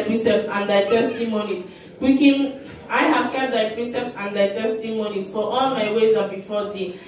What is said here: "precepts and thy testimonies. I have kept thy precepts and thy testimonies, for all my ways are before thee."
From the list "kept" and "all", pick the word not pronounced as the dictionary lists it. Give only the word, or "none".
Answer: kept